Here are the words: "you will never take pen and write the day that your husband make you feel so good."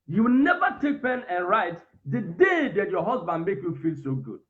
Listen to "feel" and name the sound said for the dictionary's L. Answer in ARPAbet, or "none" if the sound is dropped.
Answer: L